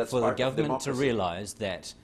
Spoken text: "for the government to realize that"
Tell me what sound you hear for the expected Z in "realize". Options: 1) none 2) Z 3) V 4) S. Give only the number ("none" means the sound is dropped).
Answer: 2